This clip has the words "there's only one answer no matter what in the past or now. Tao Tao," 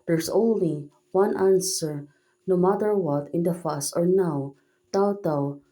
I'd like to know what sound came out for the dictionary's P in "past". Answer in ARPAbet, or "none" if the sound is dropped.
F